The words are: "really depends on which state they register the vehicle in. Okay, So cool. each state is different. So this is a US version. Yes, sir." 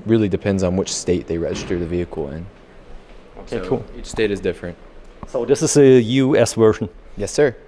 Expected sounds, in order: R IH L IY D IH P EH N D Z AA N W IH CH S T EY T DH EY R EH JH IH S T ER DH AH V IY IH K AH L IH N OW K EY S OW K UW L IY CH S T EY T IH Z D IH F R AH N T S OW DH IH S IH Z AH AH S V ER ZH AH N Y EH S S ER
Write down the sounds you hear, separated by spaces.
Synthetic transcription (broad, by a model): R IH L IY D IH P EH N D Z N W IH CH S T EY T DH EY R EH JH IH S T ER DH AH V IY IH K L IH N OW K EY K UW L IY CH S T EY T IH Z D IH F R AH N T S OW DH IH S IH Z AH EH S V ER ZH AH N Y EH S S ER